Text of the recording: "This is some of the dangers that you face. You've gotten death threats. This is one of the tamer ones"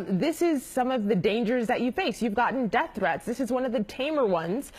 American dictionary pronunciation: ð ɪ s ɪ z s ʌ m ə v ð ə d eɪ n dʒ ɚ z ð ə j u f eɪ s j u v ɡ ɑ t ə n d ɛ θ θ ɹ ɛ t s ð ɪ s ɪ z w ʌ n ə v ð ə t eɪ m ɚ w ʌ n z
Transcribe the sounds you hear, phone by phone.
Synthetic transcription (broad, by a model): ð ɪ s ɪ z s ʌ m ə v ð ə d eɪ n dʒ ɚ z ð ə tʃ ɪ f eɪ s j u v ɡ ɑ t n d ɛ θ θ ɹ ɛ t s ð ɪ s ɪ z w ʌ n ə v ð ə t eɪ m ɚ w ʌ n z